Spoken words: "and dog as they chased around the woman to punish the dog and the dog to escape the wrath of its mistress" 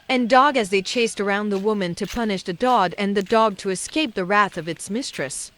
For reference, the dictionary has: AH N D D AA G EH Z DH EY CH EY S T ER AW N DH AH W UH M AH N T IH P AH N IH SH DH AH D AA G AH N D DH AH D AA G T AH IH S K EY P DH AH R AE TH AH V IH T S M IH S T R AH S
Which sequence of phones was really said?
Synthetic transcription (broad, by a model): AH N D D AA G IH Z DH EY CH EY S T ER AW N DH AH W UH M AH N T IH P AH N IH SH DH AH D AA G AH N DH AH D AA G T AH IH S K EY P DH AH R AE TH AH V IH T S M IH S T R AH S